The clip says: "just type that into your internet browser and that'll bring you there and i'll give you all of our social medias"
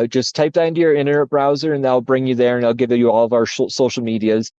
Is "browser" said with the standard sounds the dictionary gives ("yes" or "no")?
yes